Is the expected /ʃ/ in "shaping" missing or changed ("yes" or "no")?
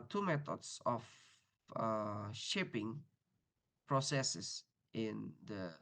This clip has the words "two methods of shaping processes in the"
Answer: no